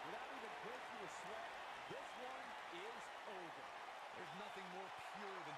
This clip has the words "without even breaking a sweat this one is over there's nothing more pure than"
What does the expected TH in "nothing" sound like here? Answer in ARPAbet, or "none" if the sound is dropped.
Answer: TH